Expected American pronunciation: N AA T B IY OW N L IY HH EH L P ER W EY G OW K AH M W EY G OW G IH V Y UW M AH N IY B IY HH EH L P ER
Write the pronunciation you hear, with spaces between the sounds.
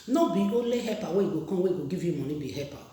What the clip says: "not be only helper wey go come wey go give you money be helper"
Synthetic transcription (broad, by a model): N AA B IY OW L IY HH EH P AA W EY G OW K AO W EY G OW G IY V Y UW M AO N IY B IY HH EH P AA